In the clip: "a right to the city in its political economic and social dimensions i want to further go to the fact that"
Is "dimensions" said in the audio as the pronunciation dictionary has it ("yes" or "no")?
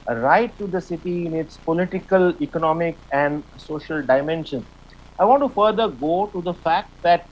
no